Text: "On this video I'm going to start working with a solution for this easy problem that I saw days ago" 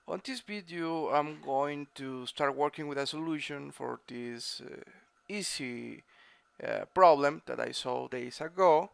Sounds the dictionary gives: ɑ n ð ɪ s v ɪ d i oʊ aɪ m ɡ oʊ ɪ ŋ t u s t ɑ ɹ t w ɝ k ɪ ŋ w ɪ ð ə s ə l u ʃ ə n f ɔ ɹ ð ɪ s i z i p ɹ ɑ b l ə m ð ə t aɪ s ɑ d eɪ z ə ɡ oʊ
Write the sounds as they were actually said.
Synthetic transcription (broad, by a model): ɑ n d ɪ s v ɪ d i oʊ aɪ m ɡ oʊ ɪ ŋ t u s t ɑ ɹ t w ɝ k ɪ ŋ w ɪ ð ə s ə l u ʃ ə n f ɔ ɹ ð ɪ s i s i p ɹ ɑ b l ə m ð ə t aɪ s ɑ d eɪ s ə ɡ oʊ